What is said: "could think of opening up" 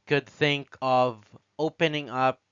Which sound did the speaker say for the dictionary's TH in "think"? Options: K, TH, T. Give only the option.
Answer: TH